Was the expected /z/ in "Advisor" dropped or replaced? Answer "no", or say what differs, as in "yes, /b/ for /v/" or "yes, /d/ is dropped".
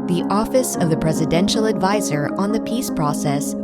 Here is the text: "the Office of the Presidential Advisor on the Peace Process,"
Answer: no